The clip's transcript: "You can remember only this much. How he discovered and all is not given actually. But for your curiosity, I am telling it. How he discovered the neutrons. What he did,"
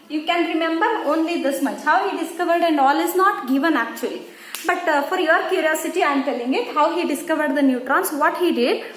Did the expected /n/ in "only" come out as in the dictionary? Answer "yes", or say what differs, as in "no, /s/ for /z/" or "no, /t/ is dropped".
yes